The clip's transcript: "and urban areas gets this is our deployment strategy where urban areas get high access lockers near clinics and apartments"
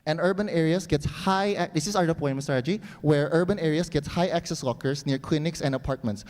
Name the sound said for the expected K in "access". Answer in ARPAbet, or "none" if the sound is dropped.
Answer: K